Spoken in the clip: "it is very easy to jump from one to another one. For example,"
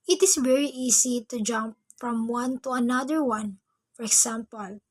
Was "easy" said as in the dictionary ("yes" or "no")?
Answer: no